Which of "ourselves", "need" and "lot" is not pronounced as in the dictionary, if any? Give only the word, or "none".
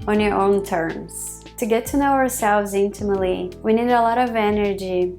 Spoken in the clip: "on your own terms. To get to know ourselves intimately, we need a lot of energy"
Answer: none